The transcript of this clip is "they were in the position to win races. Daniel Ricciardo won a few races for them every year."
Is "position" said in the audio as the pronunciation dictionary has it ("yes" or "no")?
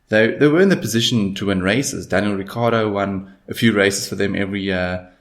yes